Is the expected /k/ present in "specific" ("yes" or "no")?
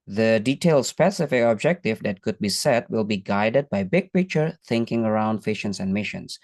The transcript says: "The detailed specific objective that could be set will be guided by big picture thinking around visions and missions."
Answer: no